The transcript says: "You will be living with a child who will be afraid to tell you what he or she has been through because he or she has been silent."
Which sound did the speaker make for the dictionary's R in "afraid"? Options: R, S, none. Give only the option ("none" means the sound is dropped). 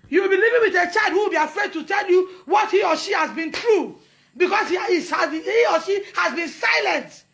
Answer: R